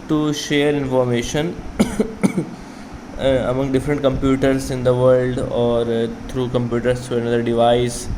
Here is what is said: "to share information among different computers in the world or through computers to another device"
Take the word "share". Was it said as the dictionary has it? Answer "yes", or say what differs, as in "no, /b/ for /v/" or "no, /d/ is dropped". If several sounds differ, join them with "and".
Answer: yes